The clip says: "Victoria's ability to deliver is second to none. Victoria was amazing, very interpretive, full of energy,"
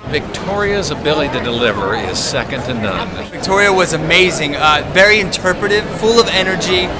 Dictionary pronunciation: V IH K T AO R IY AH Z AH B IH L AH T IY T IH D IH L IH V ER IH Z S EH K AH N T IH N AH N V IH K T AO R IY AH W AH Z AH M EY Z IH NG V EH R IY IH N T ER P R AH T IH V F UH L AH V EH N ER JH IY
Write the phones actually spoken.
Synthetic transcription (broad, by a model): V IH K T AO R IY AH Z AH B IH L AH T IY T IH D IH L IH V ER IH Z S EH K AH N T IH N AH N V IH K T AO R IY AH W AH Z AH M EY Z IH NG V EH R IY IH N T ER P R AH T IH V F UH L AH V EH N ER JH IY